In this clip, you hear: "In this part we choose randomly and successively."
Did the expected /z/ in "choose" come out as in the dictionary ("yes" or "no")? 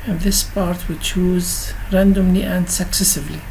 yes